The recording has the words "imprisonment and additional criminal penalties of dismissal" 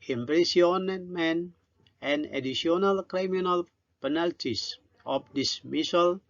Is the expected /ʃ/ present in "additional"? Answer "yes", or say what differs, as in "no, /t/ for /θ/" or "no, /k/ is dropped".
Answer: no, /ʃ/ is dropped